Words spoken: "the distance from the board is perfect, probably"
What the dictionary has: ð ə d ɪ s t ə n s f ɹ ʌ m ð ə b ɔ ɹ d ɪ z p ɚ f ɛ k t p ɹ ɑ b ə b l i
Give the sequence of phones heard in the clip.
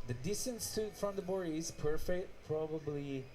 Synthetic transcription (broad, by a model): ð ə d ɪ s t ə n s f ɹ ʌ m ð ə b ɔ ɹ ɪ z p ɚ f ɛ k t p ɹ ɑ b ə b l i